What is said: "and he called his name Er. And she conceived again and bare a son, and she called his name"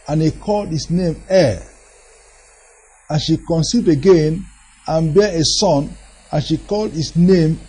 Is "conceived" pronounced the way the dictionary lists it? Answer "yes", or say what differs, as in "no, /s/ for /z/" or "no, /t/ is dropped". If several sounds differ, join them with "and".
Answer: no, /v/ is dropped